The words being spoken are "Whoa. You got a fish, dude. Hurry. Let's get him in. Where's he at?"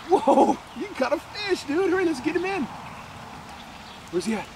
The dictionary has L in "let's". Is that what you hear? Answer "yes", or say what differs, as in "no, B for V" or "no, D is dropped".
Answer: no, N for L